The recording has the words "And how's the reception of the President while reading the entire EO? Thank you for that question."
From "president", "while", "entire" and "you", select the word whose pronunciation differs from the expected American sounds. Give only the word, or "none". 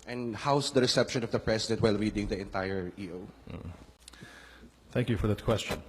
president